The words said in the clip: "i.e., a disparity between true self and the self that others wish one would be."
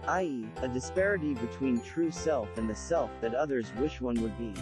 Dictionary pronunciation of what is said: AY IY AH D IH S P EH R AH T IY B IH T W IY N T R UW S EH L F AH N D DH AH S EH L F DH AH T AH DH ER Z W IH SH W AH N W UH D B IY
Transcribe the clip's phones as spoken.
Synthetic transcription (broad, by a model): AY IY AH D IH S P EH R AH T IY B IH T W IY N T R UW S EH L F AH N DH AH S EH L F DH AH T AH DH ER Z W IH SH W AH N W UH D B IY